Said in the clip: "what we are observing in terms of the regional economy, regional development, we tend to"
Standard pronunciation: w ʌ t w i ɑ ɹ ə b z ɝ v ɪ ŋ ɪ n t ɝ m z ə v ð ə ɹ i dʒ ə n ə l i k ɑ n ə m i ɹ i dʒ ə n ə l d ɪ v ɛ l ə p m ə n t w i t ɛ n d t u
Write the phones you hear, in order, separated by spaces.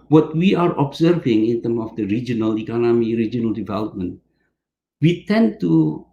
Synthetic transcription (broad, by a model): w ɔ t w i ɑ ɹ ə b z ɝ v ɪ ŋ ɪ n t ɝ m ə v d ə ɹ i dʒ ə n ə l i k ɑ n ə m i ɹ i dʒ ə n ə l d ɪ v ɛ l ə p m ə n t w i t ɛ n t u